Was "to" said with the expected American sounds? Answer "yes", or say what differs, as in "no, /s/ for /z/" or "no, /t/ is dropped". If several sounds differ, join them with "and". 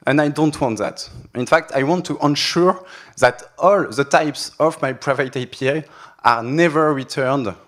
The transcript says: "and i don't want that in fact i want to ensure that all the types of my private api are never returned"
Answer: yes